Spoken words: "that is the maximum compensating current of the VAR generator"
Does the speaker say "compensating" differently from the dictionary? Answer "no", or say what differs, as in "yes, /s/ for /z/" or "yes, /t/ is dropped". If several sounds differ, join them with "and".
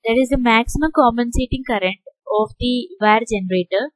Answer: yes, /p/ is dropped